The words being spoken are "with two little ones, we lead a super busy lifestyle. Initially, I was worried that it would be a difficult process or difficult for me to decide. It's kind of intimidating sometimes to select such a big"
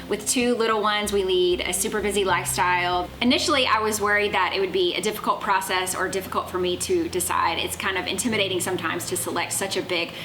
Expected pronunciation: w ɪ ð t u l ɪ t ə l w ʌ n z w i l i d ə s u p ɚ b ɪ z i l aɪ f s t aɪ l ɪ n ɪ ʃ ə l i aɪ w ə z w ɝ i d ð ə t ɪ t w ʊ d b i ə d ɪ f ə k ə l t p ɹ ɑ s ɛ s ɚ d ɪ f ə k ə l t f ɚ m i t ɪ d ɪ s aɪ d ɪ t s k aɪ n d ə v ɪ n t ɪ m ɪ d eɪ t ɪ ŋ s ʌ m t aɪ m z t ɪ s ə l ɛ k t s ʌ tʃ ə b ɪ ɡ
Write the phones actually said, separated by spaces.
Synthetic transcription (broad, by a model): w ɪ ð t u l ɪ t l w ʌ n z w i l i d ə s u p ɚ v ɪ z i l aɪ f s t aɪ l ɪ n ɪ ʃ l i aɪ w ə z w ɝ i d ð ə t ɪ t w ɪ d b i ə d ɪ f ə k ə l t p ɹ ɑ s ɛ s ɚ d ɪ f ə k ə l t f ɚ m i t ɪ d ɪ s aɪ d ɪ t s k aɪ n d ə v ɪ n t ɪ m ɪ d eɪ t ɪ ŋ s ʌ m t aɪ m z t ɪ s ə l ɛ k t s ʌ tʃ ə b ɪ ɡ